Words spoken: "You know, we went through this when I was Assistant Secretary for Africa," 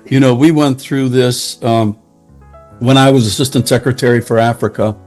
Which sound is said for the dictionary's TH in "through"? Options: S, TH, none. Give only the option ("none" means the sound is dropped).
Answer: TH